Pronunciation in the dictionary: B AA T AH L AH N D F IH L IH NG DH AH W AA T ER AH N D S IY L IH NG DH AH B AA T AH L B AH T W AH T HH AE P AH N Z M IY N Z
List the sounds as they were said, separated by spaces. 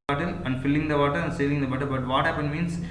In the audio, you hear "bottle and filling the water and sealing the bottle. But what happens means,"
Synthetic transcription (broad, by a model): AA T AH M AH N D F IH L IH NG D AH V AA T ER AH N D S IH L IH NG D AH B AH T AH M B AH T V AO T HH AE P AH N M IY N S